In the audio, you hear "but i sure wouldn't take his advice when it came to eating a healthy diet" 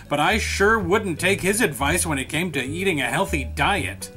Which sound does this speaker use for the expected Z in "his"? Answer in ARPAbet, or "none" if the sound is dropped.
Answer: Z